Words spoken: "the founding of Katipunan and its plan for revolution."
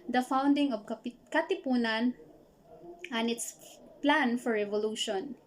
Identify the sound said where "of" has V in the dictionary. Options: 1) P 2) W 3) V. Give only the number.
1